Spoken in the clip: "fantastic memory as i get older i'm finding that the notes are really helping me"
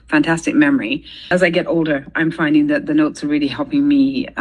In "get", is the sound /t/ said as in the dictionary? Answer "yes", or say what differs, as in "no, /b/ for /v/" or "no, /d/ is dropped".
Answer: yes